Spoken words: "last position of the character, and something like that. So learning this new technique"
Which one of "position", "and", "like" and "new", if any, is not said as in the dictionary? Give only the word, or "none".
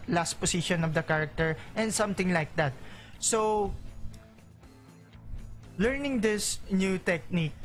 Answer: position